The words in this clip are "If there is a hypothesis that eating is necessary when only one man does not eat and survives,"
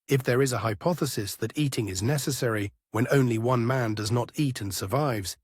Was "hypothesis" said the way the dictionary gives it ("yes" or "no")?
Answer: yes